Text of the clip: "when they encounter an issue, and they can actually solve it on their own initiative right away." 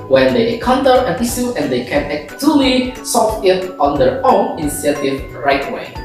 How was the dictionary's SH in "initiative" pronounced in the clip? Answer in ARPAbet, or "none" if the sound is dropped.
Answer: S